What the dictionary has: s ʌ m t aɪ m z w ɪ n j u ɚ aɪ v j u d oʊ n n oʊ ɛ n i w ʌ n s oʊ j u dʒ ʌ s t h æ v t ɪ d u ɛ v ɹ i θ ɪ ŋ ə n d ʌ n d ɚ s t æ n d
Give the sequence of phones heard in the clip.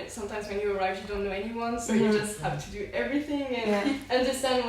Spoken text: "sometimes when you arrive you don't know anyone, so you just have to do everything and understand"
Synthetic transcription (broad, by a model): s ʌ m t aɪ m z w ɪ n j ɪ ɚ aɪ v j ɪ d oʊ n n oʊ ɛ n i w ʌ n s oʊ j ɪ dʒ ʌ s t h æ f t ɪ d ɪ ɛ v ɹ i θ ɪ ŋ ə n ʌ n d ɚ s t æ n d